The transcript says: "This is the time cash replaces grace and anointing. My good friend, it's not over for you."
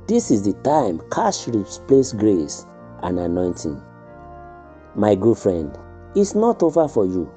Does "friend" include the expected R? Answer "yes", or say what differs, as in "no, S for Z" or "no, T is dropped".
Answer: yes